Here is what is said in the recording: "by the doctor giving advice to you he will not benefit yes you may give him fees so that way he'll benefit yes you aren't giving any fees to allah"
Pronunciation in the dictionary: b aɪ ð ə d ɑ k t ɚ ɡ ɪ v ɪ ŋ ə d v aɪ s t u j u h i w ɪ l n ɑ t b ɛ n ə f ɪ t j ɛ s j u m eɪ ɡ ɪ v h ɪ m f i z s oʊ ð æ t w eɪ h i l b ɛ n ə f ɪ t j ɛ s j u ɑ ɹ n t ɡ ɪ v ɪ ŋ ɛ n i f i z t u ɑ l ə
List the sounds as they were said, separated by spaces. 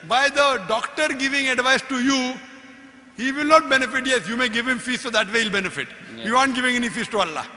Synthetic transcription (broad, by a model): b aɪ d ə d ɑ k t ɚ ɡ ɪ v ɪ ŋ ə d v aɪ s t u j u h i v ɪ l n ɑ t b ɛ n ə f ɪ t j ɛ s j u m eɪ ɡ ɪ v h ɪ m f i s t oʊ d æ t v eɪ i l b ɛ n ə f ɪ t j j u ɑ n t ɡ ɪ v ɪ ŋ ɛ n i f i s t u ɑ l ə